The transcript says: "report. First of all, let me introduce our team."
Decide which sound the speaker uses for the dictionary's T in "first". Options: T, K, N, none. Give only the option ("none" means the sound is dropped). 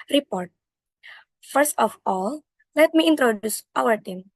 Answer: T